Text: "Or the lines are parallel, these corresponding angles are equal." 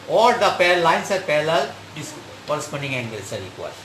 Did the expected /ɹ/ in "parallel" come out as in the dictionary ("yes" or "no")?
no